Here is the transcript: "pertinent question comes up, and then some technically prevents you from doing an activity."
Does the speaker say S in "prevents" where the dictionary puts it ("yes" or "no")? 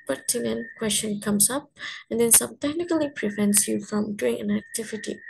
yes